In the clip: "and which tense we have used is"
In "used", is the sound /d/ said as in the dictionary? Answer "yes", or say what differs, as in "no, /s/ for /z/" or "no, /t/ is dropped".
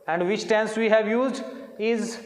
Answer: yes